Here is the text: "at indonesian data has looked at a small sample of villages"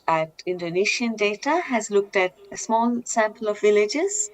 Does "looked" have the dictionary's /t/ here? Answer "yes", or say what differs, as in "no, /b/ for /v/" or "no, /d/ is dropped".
yes